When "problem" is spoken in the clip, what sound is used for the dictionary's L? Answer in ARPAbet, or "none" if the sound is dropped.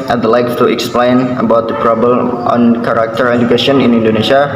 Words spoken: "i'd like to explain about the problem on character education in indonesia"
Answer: none